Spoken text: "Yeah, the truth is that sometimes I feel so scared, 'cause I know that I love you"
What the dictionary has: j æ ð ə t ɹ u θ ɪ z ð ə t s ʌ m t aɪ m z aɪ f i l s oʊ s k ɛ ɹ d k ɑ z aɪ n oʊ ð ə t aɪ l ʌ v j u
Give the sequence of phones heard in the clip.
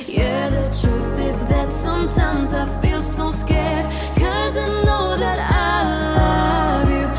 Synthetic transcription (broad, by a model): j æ ð ə t ɹ u θ ɪ z ð ə t s ʌ m t aɪ m z aɪ f i l s oʊ s k ɛ ɹ d k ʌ z aɪ n oʊ ð ə t aɪ l ʌ v j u